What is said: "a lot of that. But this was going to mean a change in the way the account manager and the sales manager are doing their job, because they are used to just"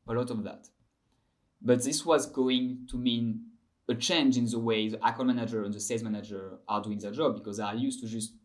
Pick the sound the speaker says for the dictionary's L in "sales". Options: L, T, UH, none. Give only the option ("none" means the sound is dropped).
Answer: none